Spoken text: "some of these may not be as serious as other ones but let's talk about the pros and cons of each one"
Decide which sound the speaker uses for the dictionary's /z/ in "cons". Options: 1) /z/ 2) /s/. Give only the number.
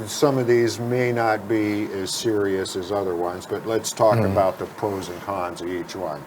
1